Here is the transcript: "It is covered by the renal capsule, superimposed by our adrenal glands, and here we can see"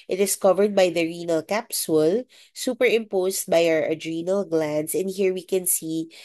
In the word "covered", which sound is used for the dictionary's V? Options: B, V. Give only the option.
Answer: V